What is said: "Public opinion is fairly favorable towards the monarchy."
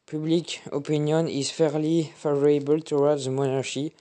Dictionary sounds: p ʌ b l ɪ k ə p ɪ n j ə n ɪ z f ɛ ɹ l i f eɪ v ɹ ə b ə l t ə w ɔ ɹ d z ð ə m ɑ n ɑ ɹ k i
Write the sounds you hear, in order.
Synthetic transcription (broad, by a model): p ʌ b l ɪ k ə p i n j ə n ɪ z f ɛ ɹ l i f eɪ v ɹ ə b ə l t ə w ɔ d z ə m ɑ n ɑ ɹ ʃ i